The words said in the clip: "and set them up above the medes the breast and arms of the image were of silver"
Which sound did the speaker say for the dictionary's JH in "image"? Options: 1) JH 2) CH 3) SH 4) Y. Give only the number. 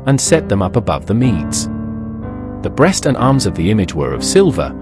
1